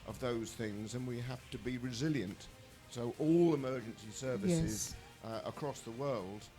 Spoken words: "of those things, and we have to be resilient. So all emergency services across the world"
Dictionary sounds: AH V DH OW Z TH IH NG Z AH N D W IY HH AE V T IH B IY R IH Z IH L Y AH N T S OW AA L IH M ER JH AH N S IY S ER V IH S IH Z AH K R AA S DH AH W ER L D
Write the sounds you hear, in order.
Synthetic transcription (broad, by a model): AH V DH OW Z TH IH NG Z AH N W IY HH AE F T IH B IY R IH Z IH L Y AH N T S OW AA L IH M ER JH AH N S IY S ER V IH S IH Z AH K R AA S DH AH W ER L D